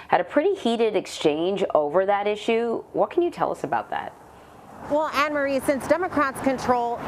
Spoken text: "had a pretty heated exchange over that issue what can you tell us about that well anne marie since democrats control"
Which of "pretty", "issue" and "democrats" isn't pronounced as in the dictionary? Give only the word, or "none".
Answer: none